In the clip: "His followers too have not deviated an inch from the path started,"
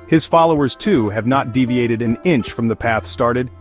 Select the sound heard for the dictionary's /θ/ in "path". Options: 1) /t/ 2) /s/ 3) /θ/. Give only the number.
3